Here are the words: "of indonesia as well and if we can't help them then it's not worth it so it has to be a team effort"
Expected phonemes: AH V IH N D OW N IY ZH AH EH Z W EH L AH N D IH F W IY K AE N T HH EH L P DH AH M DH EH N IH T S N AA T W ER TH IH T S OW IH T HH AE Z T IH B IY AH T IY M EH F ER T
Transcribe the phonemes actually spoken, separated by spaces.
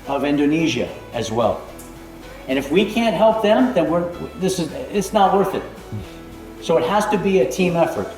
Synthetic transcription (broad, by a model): AH V IH N D OW N IY ZH AH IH Z W EH L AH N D IH F W IY K AE N T HH EH L P DH AH M DH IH N IH T S N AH T W ER TH IH T S OW IH T HH AE Z T IH B IY AH T IY M EH F ER T